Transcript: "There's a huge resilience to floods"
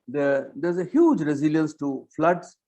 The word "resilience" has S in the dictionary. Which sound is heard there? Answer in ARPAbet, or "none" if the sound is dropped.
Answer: S